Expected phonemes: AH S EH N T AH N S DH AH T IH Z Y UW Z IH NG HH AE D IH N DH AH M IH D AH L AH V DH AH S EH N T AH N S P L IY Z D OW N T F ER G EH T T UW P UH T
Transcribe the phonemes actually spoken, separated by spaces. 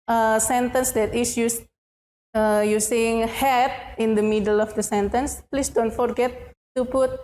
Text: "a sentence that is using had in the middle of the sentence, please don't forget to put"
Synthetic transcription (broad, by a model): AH S EH N T AH N S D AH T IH S Y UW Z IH NG HH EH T IH N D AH M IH D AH L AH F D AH S EH N T AH N S P L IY S D OW N T F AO G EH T T UW P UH T